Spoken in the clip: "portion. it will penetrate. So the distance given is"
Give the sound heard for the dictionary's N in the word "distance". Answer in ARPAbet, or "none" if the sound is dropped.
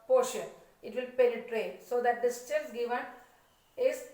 L